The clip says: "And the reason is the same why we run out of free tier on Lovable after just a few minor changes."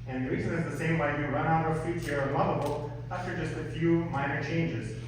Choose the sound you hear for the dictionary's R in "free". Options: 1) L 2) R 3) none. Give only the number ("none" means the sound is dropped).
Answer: 3